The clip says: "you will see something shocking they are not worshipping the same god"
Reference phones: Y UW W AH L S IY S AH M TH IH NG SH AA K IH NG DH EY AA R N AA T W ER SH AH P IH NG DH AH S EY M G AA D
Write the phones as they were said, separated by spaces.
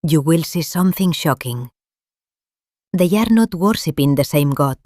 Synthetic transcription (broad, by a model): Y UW W AH L S IY S AH M TH IH NG SH AA K IH NG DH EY AA R N AA T W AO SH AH P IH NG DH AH S EY M G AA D